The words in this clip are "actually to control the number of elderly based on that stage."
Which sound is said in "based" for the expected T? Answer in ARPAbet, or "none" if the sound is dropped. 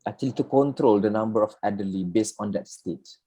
T